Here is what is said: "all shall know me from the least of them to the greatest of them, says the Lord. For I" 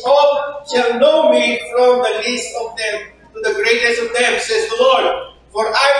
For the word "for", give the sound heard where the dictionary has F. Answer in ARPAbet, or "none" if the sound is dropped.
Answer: F